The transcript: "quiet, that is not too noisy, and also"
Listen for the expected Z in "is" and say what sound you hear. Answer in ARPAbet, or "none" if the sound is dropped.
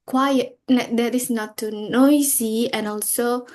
S